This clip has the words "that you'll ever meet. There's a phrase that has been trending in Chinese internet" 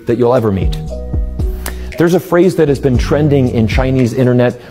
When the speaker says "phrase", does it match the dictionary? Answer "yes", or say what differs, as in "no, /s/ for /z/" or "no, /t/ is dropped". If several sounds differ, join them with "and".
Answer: yes